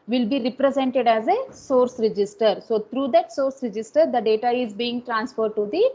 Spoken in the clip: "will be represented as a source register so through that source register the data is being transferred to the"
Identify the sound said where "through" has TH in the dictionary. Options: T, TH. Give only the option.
T